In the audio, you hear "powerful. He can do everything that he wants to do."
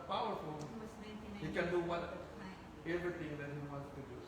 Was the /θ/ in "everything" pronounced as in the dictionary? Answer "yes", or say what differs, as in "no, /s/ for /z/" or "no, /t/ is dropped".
no, /t/ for /θ/